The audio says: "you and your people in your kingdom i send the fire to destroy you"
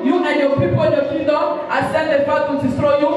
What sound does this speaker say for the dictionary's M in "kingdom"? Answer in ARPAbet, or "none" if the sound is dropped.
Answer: none